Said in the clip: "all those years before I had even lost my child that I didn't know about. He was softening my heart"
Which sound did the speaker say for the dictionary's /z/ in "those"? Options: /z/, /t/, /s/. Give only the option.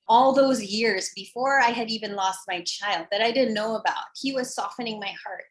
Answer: /z/